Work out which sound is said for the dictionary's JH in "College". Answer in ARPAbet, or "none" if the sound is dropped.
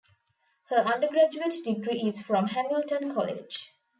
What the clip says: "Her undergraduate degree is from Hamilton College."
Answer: JH